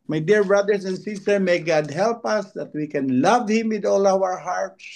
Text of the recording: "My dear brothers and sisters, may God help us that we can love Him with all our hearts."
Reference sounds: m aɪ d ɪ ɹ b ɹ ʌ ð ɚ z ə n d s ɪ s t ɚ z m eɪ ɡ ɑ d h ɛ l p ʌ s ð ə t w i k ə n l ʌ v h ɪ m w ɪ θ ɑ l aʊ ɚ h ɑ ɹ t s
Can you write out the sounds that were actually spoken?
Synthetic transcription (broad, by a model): m aɪ d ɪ ɹ b ɹ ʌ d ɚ s ə n d s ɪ s t ɚ m eɪ ɡ ɑ d h ɛ l p ʌ s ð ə t w i k ə n l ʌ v h ɪ m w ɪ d ɑ l aʊ ɚ h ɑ ɹ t s